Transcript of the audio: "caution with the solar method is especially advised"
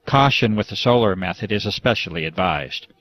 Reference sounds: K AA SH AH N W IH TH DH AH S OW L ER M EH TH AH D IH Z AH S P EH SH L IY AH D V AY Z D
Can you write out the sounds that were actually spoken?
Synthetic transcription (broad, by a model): K AA SH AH N W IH DH AH S OW L ER M EH TH AH D IH Z AH S P EH SH L IY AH D V AY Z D